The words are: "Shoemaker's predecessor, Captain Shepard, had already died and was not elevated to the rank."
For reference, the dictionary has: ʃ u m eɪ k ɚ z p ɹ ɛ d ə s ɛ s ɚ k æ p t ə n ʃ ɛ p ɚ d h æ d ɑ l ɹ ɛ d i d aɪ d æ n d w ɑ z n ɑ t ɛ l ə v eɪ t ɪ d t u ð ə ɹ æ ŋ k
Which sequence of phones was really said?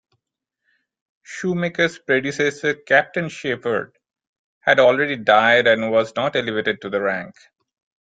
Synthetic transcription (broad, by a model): ʃ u m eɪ k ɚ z p ɹ ɛ d ə s ɛ s ɚ k æ p t ə n ʃ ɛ f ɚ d h æ d ɑ l ɹ ɛ d i d aɪ d æ n d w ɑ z n ɑ t ɛ l ə v eɪ t ɪ d t u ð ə ɹ æ ŋ k